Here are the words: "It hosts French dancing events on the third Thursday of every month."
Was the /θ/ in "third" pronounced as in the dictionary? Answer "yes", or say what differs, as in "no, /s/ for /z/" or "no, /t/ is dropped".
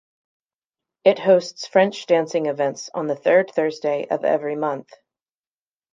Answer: yes